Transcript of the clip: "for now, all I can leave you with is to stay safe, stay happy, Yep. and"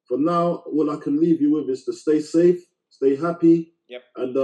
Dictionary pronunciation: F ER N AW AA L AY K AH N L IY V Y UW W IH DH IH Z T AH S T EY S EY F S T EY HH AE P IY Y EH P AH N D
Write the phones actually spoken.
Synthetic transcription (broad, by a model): F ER N AW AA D AY K AH N L IY V Y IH W IH DH IH Z T AH S T EY S EY F S T EY HH AE P IY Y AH N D